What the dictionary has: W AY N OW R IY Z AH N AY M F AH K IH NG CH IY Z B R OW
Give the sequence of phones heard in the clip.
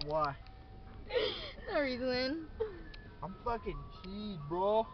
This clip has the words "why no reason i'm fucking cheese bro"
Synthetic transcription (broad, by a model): W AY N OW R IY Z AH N AY M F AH K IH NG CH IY B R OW